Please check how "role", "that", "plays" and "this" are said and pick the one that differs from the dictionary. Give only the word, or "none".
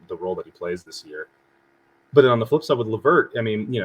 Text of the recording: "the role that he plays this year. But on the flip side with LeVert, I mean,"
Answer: none